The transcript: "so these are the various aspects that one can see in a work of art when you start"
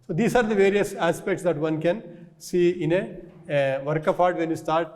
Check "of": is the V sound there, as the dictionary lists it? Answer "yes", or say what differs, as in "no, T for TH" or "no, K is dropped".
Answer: no, P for V